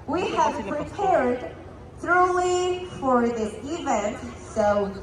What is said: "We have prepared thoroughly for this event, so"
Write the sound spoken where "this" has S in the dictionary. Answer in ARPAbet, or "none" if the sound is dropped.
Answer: none